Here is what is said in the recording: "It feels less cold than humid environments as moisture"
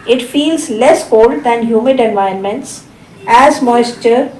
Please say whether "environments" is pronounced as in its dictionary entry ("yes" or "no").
no